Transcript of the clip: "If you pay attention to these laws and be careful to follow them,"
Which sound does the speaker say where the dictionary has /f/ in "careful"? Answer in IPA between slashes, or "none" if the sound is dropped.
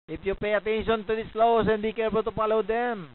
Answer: /p/